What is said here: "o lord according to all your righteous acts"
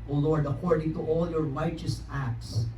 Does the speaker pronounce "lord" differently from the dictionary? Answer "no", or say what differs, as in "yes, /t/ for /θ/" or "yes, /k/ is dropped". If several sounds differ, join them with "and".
no